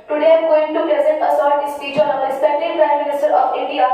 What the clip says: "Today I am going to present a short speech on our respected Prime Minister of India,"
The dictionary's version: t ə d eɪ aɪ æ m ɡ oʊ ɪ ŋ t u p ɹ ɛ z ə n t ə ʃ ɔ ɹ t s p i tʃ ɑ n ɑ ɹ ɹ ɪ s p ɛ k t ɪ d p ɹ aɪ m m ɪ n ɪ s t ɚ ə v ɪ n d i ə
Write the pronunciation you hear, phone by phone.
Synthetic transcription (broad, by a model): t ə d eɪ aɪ ɡ oʊ ɪ ŋ t u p ɹ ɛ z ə n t ə s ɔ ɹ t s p i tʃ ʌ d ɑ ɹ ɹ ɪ s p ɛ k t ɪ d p ɹ aɪ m m ɪ n ɪ s t ɚ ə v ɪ n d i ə